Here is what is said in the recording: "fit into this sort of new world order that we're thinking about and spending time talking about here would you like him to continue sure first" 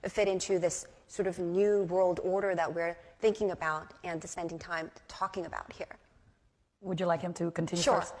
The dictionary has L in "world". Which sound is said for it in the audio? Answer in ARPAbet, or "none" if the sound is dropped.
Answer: L